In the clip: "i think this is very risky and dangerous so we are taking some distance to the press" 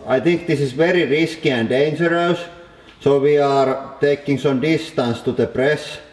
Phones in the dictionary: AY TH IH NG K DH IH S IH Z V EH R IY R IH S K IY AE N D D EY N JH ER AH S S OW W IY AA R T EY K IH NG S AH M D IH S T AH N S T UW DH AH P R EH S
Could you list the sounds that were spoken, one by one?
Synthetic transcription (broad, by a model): AY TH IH NG K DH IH S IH S V EH R IY R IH S K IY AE N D D EY N JH ER AH S S OW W IY AA R T EY K IH NG S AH M D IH S T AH N S T UW DH AH P R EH S